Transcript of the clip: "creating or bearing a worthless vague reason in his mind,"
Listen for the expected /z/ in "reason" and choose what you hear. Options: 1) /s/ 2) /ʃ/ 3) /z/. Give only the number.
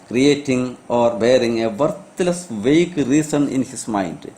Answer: 1